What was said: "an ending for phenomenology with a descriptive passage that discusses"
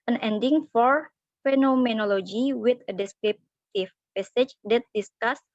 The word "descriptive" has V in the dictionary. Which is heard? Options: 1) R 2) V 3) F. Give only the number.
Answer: 3